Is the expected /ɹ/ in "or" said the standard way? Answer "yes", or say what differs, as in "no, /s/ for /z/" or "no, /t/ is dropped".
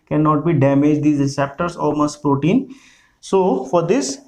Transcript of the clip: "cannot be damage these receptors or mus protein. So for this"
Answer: no, /l/ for /ɹ/